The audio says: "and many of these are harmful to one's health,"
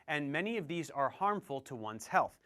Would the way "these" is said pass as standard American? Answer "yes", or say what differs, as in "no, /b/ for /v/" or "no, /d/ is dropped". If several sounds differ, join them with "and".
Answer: yes